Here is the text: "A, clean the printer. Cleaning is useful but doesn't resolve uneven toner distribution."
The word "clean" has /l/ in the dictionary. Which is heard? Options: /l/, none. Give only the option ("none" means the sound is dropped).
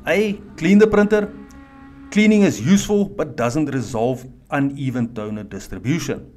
/l/